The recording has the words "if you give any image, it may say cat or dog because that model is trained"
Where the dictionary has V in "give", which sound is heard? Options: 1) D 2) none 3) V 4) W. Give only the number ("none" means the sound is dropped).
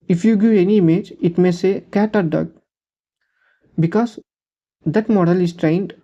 2